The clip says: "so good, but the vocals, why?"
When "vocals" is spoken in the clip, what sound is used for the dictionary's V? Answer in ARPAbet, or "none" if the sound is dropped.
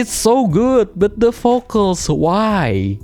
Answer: F